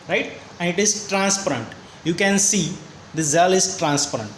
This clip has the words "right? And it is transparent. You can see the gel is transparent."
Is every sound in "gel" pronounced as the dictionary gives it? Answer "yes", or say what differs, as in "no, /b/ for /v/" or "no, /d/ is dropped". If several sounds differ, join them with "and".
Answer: no, /z/ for /dʒ/